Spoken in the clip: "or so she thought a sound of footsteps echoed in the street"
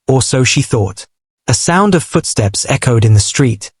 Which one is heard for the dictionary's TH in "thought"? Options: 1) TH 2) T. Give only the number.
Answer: 1